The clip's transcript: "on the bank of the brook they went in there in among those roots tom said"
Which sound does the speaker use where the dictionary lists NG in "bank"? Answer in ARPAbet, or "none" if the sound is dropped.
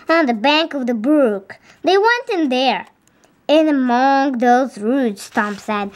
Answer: NG